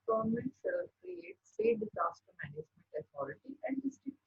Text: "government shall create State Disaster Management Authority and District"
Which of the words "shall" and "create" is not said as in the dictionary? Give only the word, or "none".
shall